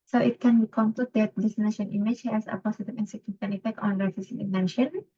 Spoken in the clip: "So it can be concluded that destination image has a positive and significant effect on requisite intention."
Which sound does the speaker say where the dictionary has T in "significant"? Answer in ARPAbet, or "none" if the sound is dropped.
none